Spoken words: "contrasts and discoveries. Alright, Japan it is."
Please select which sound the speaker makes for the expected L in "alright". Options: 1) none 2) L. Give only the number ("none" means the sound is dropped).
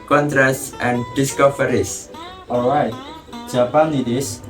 2